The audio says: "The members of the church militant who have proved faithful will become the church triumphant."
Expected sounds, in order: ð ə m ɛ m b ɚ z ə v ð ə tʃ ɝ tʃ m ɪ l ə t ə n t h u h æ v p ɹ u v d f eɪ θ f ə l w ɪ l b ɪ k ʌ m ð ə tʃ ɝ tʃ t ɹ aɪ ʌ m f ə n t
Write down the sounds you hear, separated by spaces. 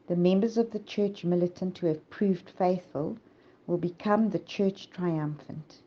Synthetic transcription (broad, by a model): ð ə m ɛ m b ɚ z ə v ð ə tʃ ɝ tʃ m ɪ l ə t ə n t h u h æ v p ɹ u v d f eɪ θ f ə l w ɪ l b ɪ k ʌ m ð ə tʃ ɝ tʃ t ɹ aɪ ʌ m f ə n t